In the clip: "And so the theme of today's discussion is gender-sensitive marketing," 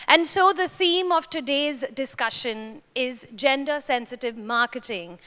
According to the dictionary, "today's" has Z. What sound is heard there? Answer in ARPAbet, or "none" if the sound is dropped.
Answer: Z